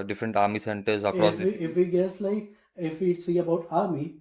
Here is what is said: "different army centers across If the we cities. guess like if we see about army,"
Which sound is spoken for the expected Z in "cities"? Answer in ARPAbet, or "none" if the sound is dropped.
none